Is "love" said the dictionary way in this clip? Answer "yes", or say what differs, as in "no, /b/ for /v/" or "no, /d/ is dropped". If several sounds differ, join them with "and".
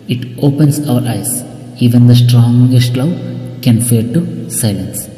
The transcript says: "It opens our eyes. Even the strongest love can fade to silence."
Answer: no, /w/ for /v/